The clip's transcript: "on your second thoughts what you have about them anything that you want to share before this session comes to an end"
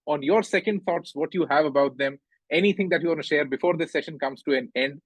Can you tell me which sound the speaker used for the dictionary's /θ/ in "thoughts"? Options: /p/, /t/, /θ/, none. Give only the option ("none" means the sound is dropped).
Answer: /t/